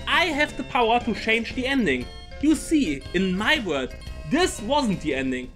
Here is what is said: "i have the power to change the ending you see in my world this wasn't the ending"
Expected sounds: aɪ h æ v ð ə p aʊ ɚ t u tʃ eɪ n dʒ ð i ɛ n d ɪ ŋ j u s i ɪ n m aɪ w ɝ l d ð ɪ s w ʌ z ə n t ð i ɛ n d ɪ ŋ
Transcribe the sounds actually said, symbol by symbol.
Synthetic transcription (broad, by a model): aɪ h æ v ð ə p aʊ ɚ t u tʃ eɪ n dʒ ð i ɛ n d ɪ ŋ j u s i ɪ n m aɪ w ɝ d ð ɪ s w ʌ z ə n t ð i ɛ n d ɪ ŋ